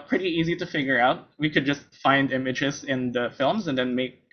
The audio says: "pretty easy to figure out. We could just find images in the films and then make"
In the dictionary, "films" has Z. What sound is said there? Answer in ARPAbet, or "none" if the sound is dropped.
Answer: Z